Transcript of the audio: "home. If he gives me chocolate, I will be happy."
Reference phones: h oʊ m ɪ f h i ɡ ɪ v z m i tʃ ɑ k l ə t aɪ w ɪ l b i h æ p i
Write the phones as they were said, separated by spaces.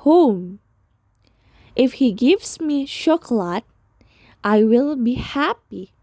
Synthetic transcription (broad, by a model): h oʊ m ɪ f h i ɡ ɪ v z m i ʃ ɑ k l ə t aɪ w ɪ l b i h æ p i